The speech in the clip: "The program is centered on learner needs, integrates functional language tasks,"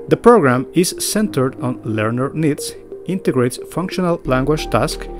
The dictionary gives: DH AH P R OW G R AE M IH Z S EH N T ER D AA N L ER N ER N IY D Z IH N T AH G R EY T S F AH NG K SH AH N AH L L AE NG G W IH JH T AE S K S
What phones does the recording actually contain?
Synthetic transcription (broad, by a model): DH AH P R OW G R AE M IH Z S EH N T ER D AA N L ER N ER N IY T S IH N T AH G R EY T S F AH NG K SH AH N AH L L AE NG G W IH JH T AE S K